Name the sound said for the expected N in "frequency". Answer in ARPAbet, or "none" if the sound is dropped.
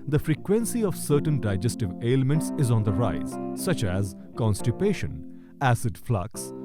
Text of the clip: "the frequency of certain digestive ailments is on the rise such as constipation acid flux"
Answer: N